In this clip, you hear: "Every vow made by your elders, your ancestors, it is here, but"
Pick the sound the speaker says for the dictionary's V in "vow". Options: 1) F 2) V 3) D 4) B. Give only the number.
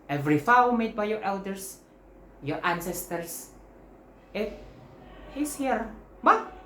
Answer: 1